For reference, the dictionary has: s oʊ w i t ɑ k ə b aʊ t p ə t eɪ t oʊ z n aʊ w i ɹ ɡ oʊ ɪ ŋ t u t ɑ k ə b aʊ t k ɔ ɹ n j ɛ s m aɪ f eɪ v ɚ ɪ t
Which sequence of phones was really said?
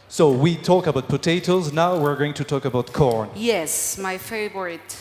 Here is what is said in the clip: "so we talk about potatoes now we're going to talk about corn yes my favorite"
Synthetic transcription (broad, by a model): s oʊ w i t ɑ k ə b aʊ t p ə t eɪ t oʊ z n aʊ w i ɹ ɡ oʊ ɪ ŋ t u t ɑ k ə b aʊ t k ɔ ɹ n j ɛ s m aɪ f eɪ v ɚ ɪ t